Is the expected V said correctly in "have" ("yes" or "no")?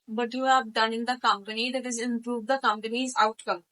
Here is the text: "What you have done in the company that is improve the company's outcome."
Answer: no